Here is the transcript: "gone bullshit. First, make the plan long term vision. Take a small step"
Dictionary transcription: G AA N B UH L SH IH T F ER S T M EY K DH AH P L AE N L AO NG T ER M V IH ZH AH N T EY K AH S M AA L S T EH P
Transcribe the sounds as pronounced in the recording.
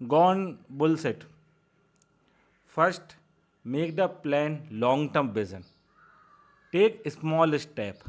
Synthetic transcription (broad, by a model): G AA N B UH L S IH T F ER S T M EY K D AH P L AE N L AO NG T ER M B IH Z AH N T EY K AH S M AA L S T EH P